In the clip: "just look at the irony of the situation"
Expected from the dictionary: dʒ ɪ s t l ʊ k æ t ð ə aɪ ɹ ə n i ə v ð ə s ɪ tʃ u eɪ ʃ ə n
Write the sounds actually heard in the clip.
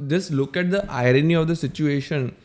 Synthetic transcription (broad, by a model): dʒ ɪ s l ʊ k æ t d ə aɪ ɹ ə n i ə v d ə s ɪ tʃ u eɪ ʃ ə n